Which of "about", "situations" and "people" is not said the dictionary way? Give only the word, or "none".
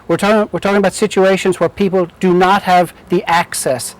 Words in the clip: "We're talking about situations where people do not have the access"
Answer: none